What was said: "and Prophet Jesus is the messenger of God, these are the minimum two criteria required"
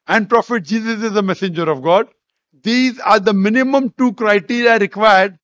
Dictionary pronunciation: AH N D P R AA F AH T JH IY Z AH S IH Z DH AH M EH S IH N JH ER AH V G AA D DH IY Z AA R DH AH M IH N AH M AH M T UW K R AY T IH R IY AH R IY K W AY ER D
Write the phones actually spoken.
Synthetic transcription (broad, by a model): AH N D P R AA F AH T JH IY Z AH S IH Z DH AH M EH S IH N JH ER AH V G AA D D IY Z AA R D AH M IH N AH M AH M T UW K R AY T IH R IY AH R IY K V AY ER D